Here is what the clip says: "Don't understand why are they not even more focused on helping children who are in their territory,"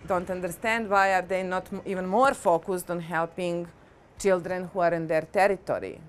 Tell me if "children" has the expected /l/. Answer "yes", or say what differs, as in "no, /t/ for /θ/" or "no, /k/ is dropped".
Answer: yes